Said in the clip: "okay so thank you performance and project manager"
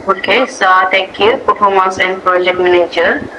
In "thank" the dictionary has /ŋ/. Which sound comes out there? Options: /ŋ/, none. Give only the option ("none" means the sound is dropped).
none